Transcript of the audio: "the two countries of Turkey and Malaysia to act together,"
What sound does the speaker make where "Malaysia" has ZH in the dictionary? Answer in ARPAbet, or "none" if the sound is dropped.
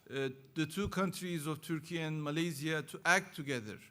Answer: Z